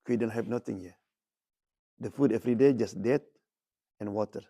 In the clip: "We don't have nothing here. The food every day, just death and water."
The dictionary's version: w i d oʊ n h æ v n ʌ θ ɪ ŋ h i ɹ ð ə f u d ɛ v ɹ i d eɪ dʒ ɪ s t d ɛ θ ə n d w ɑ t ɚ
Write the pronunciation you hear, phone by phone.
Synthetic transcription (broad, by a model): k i d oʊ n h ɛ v n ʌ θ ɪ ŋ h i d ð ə f u d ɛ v ɹ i d eɪ dʒ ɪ s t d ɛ t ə n w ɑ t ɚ